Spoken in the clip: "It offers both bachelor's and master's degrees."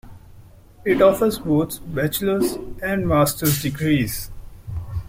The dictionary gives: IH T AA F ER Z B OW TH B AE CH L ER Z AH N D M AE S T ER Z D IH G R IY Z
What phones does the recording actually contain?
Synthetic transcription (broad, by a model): IH T AA F ER Z B OW T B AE CH L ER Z AH N D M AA S T ER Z D IH G R IY Z